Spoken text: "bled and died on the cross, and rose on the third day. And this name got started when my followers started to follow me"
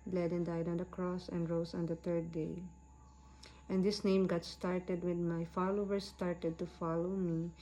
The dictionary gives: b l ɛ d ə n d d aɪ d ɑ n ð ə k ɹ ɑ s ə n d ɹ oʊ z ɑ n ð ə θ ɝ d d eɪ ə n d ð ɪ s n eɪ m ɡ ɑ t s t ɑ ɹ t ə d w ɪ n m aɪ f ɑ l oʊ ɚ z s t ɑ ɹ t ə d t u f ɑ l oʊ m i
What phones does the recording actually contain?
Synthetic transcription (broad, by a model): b l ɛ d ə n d d aɪ d ɑ n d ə k ɹ ɑ s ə n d ɹ oʊ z ɑ n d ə t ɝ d d eɪ ə n d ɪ s n eɪ m ɡ ɑ t s t ɑ ɹ t ə d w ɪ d m aɪ f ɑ l oʊ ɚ s t ɑ ɹ t ə d t u f ɑ l oʊ m i